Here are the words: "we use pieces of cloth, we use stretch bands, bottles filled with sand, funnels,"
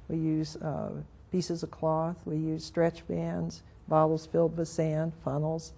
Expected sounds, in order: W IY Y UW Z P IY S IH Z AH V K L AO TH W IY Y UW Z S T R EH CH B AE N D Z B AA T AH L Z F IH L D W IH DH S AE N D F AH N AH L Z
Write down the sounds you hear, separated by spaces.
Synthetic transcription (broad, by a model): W IY Y UW Z P IY S IH Z AH V K L AO TH W IY Y UW Z S T R EH CH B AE N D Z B AA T L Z F IH L D W IH DH S AE N D F AH N L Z